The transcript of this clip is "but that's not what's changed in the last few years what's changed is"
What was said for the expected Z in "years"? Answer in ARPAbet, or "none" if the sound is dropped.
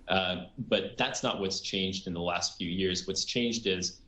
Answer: Z